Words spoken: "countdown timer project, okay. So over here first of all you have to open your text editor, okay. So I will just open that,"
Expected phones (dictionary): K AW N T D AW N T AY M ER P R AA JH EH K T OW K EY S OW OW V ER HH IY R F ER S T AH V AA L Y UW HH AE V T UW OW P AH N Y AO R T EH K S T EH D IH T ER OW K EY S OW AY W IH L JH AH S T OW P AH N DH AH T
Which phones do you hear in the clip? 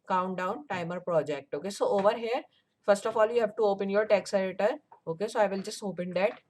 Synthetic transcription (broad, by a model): K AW N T D AW N T AY M ER P R AA JH EH K T OW K EY S OW OW V ER HH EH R F ER S T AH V AA L Y UW HH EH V T UW OW P AH N Y AO R T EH K S EH D IH T ER OW K EY S OW AY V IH L JH AH S T OW P AH N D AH T